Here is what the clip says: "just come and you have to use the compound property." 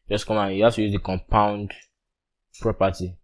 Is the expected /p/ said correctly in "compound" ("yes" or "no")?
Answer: yes